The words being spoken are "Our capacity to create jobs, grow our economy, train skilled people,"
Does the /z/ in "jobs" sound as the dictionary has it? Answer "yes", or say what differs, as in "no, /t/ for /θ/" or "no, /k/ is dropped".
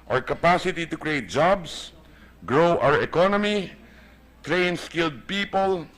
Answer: no, /s/ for /z/